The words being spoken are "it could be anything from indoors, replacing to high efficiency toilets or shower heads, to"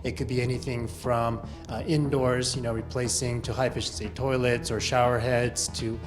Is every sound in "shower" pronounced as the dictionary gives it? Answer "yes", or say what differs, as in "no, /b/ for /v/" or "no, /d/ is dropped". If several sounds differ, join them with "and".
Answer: yes